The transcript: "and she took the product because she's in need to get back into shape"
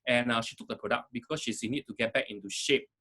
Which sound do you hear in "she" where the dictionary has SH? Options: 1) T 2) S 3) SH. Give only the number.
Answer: 3